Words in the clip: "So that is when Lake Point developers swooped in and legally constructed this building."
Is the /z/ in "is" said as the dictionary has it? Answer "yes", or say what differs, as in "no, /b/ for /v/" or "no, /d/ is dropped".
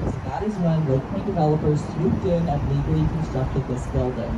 yes